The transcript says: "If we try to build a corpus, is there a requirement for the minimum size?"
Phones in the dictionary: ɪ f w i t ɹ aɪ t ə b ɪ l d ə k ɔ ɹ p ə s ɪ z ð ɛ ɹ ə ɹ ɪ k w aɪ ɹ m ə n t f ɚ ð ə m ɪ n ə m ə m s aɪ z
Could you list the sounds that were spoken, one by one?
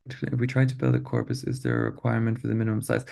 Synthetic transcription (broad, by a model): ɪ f w i t ɹ aɪ t ə b ɪ l d ə k ɔ ɹ p ə s ɪ z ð ə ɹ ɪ k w aɪ ɹ m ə n t f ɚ ð ə m ɪ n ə m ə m s aɪ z